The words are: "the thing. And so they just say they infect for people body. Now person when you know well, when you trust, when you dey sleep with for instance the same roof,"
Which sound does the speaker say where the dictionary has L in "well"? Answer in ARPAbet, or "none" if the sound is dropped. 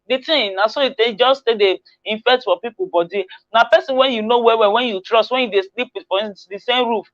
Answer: W